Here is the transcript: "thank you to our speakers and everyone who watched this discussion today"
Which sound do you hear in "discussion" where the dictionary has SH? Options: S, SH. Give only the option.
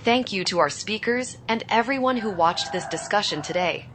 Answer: SH